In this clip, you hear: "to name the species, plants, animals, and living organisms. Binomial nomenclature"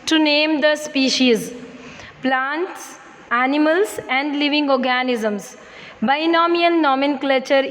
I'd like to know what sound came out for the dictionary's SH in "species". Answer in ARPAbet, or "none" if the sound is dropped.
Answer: SH